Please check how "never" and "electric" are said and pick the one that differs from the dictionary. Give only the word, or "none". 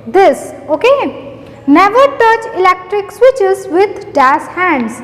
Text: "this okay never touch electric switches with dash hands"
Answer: none